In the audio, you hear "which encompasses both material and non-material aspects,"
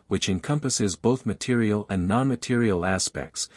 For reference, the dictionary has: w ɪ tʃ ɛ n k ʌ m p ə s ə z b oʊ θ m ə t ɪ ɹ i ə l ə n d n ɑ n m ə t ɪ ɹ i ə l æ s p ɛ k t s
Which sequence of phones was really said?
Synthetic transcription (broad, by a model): w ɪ tʃ ɛ n k ʌ m p ə s ə z b oʊ θ m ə t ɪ ɹ i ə l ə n n ɑ n m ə t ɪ ɹ i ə l æ s p ɛ k t s